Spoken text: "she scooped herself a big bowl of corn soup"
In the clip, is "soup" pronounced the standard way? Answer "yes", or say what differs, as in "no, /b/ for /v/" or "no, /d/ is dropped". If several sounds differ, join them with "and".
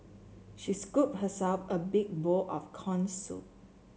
no, /p/ is dropped